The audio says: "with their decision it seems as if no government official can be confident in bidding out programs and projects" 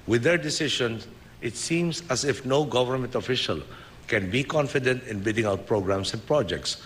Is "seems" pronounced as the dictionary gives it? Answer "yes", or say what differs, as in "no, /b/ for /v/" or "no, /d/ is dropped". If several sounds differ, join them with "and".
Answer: no, /s/ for /z/